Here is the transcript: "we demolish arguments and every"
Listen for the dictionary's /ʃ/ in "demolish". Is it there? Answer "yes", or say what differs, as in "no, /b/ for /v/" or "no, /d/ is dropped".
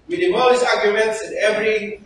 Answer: no, /s/ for /ʃ/